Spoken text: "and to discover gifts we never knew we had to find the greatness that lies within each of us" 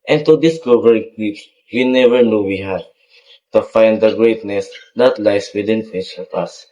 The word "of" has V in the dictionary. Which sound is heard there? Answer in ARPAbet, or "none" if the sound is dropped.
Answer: P